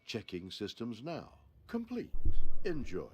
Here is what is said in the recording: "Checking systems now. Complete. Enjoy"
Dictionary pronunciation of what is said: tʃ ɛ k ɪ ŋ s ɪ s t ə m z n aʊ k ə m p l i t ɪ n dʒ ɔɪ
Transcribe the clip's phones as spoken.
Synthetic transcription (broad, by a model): tʃ ɛ k ɪ ŋ s ɪ s t ə m z n aʊ k ə m p l i t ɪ n dʒ ɔɪ